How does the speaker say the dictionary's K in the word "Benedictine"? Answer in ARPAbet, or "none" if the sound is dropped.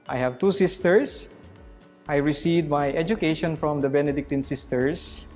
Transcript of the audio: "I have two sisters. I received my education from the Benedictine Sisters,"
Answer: K